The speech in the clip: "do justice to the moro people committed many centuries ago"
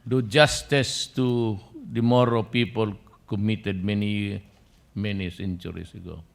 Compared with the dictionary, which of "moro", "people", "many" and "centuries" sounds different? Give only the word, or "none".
centuries